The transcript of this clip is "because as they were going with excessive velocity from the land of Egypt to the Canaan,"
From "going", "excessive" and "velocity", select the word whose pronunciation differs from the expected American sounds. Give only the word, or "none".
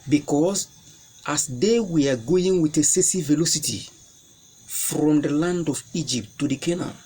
excessive